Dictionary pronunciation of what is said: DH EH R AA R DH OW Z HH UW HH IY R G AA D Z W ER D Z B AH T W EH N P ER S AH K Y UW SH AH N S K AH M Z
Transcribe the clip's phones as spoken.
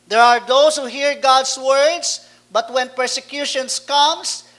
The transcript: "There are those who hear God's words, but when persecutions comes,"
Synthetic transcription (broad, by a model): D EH R AA R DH OW S HH UW HH IY R G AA D S W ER D S B AH T W EH N P ER S AH K Y UW SH AH N S K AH M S